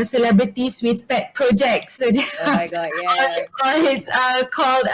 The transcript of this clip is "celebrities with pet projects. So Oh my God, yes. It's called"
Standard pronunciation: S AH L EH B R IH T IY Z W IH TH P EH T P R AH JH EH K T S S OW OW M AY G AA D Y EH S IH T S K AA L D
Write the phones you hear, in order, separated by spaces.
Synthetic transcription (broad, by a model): S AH L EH B R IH T IY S W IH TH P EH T P R AH JH EH K T S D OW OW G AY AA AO IH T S K AA L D